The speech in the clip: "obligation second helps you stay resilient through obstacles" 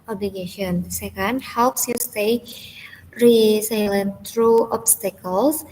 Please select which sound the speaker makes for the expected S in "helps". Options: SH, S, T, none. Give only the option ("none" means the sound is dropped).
S